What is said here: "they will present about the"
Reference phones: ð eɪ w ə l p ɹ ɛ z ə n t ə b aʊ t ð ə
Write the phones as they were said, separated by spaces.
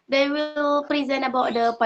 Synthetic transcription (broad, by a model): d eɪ w ə l p ɹ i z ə n ə b aʊ t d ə